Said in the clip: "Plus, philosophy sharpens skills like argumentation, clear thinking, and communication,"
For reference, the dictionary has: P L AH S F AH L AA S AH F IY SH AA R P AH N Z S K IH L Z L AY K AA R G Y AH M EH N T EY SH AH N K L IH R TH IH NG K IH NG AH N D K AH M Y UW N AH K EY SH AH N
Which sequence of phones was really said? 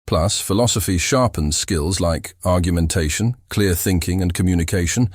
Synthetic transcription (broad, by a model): P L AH S F AH L AA S AH F IY SH AA R P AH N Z S K IH L Z L AY K AA R G Y AH M EH N T EY SH AH N K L IH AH TH IH NG K IH NG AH N K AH M Y UW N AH K EY SH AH N